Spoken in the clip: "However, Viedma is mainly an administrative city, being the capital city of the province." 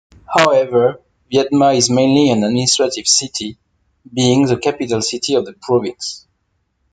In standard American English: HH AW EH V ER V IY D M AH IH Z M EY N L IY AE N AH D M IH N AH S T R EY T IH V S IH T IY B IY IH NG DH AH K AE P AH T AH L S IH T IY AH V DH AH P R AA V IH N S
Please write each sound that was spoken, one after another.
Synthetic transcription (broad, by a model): HH AW EH V ER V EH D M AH IH Z M EY N L IY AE N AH D M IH N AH S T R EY T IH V S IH T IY B IY IH NG DH AH K AE P AH T AH L S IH T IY AH V DH AH P R AA V IH N S